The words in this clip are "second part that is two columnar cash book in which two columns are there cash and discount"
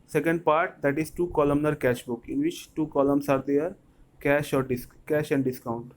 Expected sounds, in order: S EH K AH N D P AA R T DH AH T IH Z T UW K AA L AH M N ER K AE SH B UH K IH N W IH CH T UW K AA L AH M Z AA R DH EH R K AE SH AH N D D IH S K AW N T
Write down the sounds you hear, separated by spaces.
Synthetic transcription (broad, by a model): S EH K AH N D P AA R T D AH T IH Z T UW K AA L AH M N ER K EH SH B UH K IH N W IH CH T UW K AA L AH M S AA R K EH R K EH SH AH N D D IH S K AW N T